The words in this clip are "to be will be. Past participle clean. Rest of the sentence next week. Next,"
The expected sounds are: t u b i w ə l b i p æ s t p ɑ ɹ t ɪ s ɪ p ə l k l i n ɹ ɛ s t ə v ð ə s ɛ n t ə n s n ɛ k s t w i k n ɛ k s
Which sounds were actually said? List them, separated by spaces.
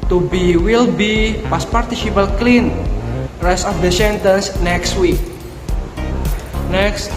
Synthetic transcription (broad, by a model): t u b i w ə l b i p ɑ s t p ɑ ɹ t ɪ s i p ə l k l i n ɹ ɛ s ə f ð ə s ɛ n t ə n s n ɛ k s t w i k n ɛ k s